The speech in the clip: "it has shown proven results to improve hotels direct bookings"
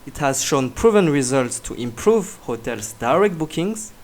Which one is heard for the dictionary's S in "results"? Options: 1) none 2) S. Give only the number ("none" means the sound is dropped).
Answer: 2